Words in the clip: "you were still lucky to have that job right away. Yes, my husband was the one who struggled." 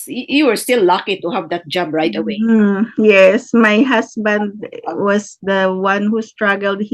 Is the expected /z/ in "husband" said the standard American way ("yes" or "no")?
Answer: no